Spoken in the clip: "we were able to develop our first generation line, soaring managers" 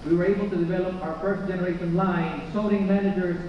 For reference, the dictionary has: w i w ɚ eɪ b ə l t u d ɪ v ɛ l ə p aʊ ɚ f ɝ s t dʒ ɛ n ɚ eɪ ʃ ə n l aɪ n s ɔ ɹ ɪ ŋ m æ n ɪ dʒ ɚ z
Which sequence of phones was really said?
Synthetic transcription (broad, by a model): w i w ɚ eɪ b ə l t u d ɪ v ɛ l ə p aʊ ɚ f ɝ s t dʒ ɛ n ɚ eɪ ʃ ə n l aɪ n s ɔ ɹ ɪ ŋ m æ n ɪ dʒ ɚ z